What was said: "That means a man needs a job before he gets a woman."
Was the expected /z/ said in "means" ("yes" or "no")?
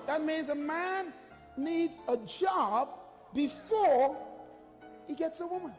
yes